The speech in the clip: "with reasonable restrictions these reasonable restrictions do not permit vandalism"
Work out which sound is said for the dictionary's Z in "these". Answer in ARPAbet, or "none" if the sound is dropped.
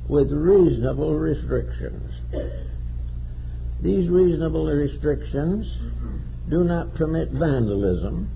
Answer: Z